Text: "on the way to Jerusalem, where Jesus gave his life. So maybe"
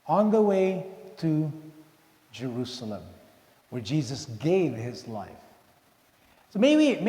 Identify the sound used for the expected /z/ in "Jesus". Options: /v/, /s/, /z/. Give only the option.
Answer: /z/